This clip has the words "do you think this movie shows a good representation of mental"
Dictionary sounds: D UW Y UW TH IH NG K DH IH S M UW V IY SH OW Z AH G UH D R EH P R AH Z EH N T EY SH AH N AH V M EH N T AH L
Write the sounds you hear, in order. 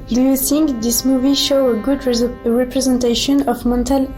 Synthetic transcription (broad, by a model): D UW Y UW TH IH NG K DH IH S M UW V IY SH OW AH G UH D R EH P R AH Z EH N T EY SH AH N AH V M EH N T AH L